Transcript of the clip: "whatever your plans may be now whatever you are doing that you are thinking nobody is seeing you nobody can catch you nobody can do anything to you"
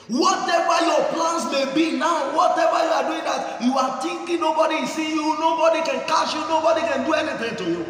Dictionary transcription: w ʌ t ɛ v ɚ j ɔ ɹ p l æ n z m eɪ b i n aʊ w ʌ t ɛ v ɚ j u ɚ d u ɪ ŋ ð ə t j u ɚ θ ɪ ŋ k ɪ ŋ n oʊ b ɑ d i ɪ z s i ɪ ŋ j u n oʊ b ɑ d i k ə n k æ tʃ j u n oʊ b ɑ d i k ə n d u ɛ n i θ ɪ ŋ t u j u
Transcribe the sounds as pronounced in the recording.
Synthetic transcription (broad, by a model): w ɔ t ɛ v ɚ j ɔ p l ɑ n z m eɪ b i n aʊ w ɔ t ɛ v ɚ j u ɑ d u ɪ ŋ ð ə t j u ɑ t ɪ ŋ k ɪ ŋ n oʊ b ɑ d i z s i j u n oʊ b ɑ d i k ə n k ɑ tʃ j u n oʊ b ɑ d i k ə n d u ɛ n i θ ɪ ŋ t u j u